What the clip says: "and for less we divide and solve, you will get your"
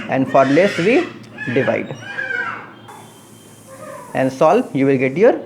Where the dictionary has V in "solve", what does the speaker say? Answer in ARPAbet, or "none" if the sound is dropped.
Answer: P